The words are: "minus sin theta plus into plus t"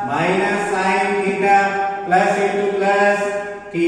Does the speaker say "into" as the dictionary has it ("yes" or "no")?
no